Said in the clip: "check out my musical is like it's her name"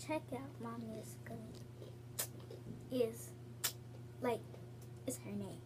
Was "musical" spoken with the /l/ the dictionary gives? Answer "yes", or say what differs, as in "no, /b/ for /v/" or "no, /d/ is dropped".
no, /n/ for /l/